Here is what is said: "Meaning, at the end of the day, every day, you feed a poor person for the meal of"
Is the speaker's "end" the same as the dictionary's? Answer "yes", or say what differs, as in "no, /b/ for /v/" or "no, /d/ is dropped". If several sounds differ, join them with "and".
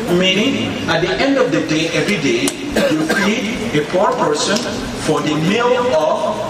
yes